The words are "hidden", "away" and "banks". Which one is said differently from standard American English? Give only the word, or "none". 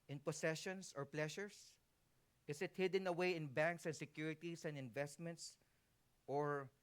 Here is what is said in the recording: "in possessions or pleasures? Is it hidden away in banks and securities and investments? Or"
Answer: none